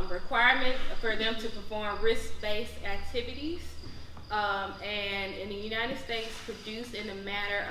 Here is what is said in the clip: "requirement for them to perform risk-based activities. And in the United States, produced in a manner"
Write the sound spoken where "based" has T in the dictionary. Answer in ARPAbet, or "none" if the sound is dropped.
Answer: none